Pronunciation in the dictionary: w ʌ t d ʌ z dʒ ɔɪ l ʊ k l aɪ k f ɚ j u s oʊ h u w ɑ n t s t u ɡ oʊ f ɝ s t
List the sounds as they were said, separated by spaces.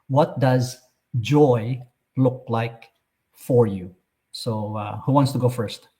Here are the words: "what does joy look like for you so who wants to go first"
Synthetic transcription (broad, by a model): w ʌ t d ʌ z dʒ ɔɪ l ʊ k l aɪ k f ɚ j u s oʊ h u w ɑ n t s t u ɡ oʊ f ɝ s t